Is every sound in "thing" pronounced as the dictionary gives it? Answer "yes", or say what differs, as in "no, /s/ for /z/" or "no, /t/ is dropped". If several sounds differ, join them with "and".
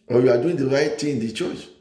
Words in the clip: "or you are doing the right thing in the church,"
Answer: no, /t/ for /θ/